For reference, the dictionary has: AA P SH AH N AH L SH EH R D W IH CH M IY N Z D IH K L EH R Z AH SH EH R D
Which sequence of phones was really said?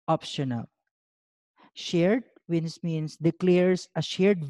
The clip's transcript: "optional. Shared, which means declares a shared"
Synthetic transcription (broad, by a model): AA P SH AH N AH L SH EH R D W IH S M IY N S D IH K L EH R S AH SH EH R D